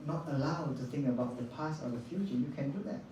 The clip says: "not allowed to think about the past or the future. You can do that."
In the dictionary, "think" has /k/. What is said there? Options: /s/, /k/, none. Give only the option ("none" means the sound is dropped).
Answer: /k/